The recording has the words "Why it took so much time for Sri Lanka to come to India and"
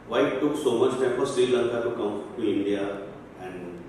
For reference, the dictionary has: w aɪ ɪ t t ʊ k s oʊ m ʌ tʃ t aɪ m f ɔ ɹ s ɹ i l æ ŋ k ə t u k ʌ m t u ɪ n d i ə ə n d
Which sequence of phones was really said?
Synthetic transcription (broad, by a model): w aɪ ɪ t t ʊ k s oʊ m ʌ tʃ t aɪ f ɔ ɹ s i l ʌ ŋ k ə t u k ʌ m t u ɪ n d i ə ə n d